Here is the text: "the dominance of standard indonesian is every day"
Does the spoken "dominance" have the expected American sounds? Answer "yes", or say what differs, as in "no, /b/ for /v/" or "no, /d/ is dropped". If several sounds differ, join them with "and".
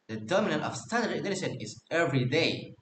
no, /s/ is dropped